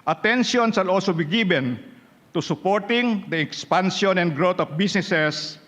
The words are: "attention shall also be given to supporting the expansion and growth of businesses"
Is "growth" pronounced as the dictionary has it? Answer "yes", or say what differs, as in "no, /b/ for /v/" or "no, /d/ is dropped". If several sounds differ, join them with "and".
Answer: no, /t/ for /θ/